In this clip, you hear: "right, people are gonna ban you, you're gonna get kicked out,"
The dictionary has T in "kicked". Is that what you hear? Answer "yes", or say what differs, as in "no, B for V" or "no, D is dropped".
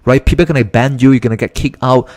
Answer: no, T is dropped